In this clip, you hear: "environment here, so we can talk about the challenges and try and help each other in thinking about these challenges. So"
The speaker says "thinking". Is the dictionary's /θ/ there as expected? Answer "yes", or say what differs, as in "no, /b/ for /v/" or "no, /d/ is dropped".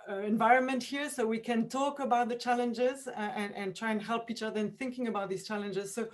yes